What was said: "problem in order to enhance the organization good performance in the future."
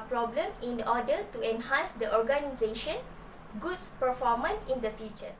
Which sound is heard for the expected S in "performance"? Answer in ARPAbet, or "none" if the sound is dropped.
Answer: none